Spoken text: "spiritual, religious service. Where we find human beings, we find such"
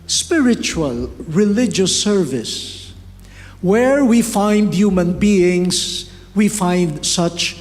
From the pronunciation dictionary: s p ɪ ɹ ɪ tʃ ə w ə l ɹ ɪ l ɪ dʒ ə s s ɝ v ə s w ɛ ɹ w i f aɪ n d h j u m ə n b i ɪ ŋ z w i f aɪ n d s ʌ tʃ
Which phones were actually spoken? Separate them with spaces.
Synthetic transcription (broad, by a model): s p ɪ ɹ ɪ tʃ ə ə l ɹ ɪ l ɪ dʒ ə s s ɝ v ə s w ɛ ɹ w i f aɪ n d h j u m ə n b i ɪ ŋ s w i f aɪ n d s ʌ tʃ